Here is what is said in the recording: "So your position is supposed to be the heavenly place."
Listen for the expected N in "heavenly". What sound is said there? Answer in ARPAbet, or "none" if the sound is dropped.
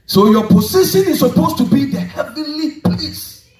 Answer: none